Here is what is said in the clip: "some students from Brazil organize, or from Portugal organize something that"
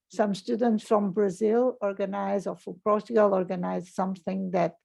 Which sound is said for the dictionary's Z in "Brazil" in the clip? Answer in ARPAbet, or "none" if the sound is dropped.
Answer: Z